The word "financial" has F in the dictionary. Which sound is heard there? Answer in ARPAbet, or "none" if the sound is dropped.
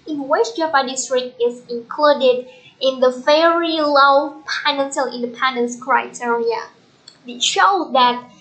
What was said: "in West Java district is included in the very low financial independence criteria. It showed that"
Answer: P